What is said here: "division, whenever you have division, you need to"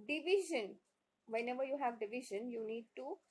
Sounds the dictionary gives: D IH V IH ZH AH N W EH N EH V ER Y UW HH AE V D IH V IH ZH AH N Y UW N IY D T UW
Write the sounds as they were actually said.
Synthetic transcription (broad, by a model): D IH V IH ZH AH N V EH N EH V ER Y UW HH AE V D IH V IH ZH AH N Y UW N IY D T UW